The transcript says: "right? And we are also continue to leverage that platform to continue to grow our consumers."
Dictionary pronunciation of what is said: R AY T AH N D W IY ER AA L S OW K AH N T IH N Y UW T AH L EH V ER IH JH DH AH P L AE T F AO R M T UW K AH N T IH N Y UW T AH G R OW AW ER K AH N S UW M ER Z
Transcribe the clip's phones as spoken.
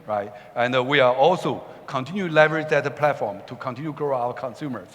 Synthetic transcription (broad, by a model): R AY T AH N D W IY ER AA L S OW K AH N T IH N Y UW L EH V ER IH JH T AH P L AE T F AO R M T UW K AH N T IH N Y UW G R OW AW ER K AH N S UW M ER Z